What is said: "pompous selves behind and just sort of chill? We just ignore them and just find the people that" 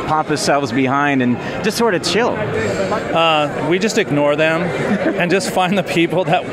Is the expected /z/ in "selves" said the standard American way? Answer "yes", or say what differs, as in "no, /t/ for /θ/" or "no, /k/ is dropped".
yes